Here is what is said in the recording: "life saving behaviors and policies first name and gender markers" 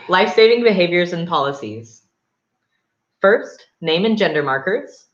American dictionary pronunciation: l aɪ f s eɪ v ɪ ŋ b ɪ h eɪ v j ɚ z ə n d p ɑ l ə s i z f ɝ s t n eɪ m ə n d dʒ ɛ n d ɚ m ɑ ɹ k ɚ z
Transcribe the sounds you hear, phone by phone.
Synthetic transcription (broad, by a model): l aɪ f s eɪ v ɪ ŋ b ɪ h eɪ v j ɚ z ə n p ɑ l ə s i z f ɝ s t n eɪ m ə n dʒ ɛ n d ɚ m ɑ ɹ k ɚ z